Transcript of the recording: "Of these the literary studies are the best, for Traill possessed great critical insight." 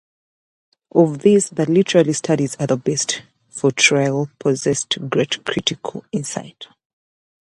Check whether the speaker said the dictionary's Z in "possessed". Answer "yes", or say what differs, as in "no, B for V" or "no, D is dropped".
yes